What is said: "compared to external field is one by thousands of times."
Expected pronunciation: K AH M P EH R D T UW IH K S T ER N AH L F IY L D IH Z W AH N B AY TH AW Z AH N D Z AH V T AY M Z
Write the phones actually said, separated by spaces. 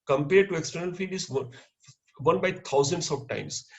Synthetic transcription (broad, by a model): K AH M P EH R D T UW IH K S T ER N AH L F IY D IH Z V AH N B AY T AW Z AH N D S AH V T AY M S